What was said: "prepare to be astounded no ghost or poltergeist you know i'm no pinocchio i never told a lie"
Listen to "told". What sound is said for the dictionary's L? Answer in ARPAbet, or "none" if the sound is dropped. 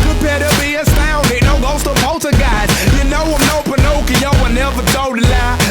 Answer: none